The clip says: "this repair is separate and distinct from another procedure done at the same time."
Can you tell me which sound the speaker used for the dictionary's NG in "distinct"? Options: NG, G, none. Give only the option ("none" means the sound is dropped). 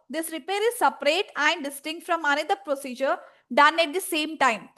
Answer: NG